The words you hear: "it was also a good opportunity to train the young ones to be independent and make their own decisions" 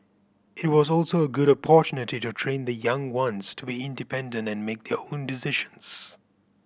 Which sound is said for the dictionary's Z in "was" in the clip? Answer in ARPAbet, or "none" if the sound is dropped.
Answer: Z